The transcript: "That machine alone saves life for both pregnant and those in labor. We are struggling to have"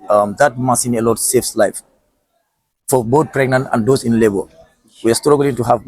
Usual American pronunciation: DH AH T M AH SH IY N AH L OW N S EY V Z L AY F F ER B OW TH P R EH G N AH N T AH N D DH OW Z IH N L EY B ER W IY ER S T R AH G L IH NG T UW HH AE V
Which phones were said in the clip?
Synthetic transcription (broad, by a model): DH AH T M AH S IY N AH L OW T S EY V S L AY F F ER B OW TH P R EH G N AH N T AH N D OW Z IH N L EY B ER W IY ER S T R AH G L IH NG T UW HH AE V